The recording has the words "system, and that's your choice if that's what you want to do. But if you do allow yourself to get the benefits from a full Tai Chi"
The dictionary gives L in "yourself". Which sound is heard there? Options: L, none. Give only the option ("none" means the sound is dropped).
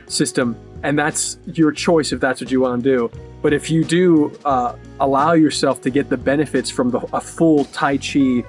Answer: L